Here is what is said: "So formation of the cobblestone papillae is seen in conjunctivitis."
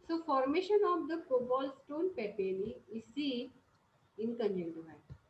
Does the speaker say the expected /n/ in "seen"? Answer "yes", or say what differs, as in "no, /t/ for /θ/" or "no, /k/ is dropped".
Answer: no, /n/ is dropped